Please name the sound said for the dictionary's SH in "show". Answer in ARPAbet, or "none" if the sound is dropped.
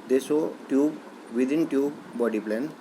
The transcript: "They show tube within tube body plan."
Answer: S